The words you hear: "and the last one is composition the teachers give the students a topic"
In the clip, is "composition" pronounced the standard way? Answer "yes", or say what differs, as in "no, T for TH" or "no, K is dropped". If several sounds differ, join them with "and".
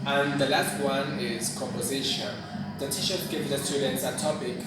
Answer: yes